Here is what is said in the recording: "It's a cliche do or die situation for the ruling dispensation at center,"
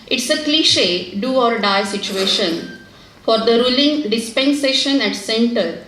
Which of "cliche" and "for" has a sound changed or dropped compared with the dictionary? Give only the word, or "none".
none